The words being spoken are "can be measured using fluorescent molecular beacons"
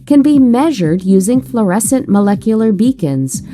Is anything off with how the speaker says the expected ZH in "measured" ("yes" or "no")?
no